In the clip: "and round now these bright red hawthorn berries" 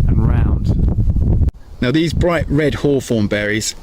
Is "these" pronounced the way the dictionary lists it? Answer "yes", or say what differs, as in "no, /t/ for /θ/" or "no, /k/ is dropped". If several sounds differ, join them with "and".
yes